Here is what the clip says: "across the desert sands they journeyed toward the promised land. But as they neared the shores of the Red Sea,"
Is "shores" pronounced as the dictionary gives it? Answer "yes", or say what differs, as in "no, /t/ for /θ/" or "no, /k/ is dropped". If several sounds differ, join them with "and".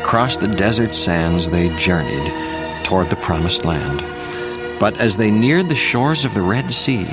yes